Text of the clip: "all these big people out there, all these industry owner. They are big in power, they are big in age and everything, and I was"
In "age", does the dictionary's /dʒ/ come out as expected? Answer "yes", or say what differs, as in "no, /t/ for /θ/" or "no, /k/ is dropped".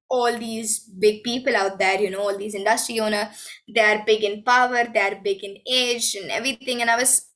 yes